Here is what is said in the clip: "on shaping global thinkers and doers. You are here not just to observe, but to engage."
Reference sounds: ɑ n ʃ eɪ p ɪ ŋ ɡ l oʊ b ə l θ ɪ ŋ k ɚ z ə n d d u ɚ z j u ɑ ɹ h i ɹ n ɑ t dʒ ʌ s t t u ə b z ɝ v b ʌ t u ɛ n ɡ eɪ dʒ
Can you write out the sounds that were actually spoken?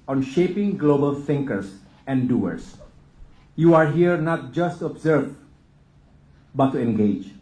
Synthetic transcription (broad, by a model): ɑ n ʃ eɪ p ɪ ŋ ɡ l oʊ b ə l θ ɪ ŋ k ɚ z ə n d d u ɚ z j u ɑ ɹ h i ɹ n ɑ t dʒ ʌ s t t u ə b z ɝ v b ʌ t u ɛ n ɡ eɪ dʒ